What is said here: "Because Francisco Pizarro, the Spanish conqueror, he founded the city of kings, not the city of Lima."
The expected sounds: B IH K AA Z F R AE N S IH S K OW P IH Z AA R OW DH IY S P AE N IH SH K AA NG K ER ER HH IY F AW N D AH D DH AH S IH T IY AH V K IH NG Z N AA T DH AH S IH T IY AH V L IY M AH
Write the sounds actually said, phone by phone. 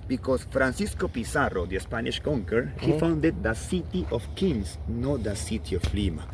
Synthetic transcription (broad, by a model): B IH K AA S F R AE N S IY S K OW P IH S AA R OW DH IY S P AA N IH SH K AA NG K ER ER HH IY F AW N D AH D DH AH S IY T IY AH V K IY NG S N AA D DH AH S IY T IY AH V L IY M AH